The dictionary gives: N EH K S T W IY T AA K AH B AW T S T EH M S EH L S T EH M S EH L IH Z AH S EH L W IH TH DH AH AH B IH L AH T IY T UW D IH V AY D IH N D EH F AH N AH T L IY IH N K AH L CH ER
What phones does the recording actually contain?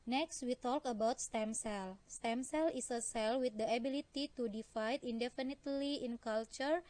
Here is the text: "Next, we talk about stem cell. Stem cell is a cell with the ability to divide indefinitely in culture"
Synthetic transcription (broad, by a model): N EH K S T W IY T AA K AH B AW T S T EH M S EH L S T EH M S EH L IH S AH S EH L W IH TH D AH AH B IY L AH T IY T UW D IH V AY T IH N D EH F AH N AH T L IY IH N K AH L CH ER